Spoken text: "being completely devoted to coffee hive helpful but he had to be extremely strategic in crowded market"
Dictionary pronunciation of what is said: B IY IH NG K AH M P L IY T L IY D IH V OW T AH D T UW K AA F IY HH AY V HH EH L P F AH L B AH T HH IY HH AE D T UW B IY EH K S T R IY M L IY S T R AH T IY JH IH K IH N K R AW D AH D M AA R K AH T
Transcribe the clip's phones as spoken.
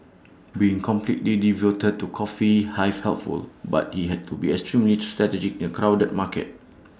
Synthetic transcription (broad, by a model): B IY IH NG K AH M P L IY T L IY D IH V OW T AH D T UW K AA F IY HH AY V HH EH L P F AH L B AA T HH IY HH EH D T UW B IY EH K S T R IY M L IY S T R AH T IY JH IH K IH N K R AW D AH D M AA K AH T